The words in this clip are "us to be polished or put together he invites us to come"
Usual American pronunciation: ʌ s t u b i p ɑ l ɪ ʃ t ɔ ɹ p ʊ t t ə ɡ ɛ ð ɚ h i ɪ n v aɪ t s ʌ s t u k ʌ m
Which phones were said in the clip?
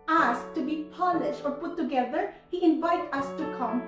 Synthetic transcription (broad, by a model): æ s t u b i p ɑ l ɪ ʃ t ɔ ɹ p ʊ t t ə ɡ ɛ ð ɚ h i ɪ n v aɪ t ʌ s t u k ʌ m